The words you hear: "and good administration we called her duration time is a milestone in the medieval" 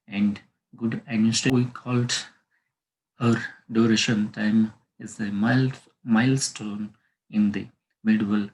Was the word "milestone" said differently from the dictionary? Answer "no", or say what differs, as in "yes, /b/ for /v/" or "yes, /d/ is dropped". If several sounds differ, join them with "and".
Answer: no